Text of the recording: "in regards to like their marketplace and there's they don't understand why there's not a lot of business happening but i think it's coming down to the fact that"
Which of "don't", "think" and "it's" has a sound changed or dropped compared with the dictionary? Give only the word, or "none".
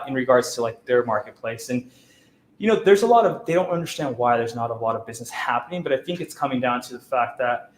none